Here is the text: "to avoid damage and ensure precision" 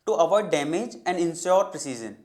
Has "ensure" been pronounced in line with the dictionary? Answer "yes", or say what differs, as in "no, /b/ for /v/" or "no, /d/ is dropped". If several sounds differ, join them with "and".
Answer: no, /s/ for /ʃ/